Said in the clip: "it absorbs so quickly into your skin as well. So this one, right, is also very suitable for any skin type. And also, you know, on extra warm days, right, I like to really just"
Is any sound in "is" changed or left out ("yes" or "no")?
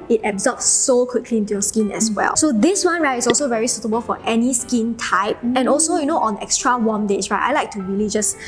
yes